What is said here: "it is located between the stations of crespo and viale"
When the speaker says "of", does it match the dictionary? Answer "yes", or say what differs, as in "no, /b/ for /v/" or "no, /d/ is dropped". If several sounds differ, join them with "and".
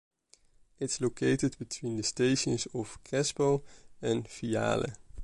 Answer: no, /f/ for /v/